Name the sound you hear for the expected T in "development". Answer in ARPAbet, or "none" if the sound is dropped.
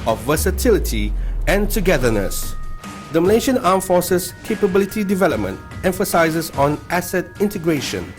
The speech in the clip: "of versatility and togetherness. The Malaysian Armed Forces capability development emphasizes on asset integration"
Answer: T